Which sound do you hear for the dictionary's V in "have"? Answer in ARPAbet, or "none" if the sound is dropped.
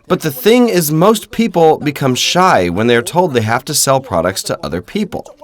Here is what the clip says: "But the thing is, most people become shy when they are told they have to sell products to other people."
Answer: F